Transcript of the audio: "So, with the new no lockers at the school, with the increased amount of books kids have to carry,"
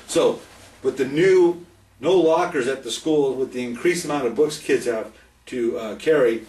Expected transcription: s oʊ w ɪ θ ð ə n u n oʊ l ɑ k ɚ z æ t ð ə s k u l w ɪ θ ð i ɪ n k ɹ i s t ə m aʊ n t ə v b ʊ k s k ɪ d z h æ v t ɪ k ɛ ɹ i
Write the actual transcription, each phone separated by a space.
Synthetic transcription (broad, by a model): s oʊ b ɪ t ð ə n u n oʊ l ɑ k ɚ z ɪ t ð ə s k u l w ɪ ð i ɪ n k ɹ i s ə m aʊ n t ə v b ʊ k s k ɪ d z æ t ɪ k ɛ ɹ i